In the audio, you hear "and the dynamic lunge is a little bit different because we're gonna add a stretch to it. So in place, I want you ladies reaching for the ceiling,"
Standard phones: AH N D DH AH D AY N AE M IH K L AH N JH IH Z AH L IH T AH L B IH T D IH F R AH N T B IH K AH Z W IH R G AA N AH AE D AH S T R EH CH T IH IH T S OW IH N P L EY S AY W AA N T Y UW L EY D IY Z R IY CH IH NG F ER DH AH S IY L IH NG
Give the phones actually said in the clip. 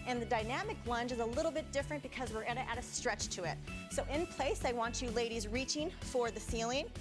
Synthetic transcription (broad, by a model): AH N DH AH D AY N AE M IH K L AH N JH IH Z AH L IH T L B IH T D IH F R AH N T B IH K AH Z W IH R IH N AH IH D AH S T R EH CH T IH IH T S OW IH N P L EY S AY W AA N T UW L EY D IY Z R IY CH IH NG F ER DH AH S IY L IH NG